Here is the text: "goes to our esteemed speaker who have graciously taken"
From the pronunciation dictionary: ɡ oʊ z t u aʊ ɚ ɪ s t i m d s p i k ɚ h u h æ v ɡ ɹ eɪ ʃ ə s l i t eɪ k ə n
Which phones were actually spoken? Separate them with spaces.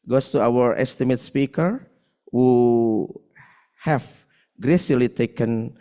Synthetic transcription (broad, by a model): ɡ oʊ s t u aʊ ɚ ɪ s t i m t s p i k ɚ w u h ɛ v ɡ ɹ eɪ s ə l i t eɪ k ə n